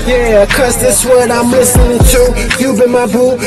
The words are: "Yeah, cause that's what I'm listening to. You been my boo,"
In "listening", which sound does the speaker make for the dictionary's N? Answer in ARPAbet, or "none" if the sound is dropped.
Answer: N